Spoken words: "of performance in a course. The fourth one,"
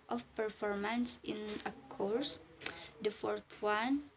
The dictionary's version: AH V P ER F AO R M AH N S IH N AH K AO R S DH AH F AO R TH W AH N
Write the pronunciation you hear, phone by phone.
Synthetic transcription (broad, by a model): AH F P ER F AO R M AH N S IH N AH K AO R S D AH F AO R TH W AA N